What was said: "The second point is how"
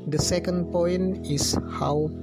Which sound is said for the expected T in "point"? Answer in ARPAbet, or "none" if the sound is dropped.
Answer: none